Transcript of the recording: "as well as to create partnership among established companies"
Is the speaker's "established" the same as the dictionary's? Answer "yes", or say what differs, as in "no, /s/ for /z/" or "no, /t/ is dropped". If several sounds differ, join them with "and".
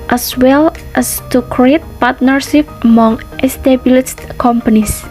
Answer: no, /s/ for /ʃ/